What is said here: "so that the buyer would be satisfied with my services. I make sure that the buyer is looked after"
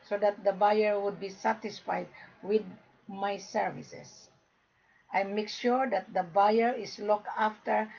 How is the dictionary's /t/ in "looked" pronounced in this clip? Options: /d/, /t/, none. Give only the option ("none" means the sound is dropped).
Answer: none